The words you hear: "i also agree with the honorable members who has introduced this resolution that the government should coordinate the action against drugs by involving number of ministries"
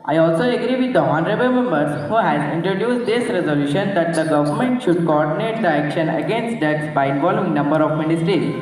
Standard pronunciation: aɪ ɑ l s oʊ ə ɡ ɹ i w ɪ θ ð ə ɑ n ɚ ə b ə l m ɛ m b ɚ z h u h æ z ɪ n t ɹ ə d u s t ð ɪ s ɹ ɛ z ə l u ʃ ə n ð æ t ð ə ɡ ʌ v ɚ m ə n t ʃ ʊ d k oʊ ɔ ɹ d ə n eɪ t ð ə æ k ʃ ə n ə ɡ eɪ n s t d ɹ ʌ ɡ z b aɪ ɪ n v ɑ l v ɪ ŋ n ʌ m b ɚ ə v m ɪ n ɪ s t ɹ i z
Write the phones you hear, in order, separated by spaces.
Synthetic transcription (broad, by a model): aɪ ɑ l s oʊ ə ɡ ɹ i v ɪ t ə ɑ n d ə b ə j m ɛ m b ɚ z h u h æ z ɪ n t ɹ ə d u s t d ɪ s ɹ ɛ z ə l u ʃ ə n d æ t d ə ɡ ʌ v ɚ m ə n t ʃ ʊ d k oʊ ɔ ɹ d ə n eɪ t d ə æ k ʃ ə n ə ɡ eɪ n s t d ʌ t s b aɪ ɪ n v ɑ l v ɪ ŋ n ʌ m b ɚ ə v m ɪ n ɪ s t ɹ i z